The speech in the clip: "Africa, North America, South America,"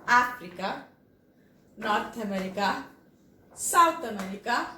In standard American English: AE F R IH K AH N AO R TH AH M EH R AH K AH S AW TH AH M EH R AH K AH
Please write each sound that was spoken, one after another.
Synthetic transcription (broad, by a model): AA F R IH K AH N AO R T AH M EH R AH K AH S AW T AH M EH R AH K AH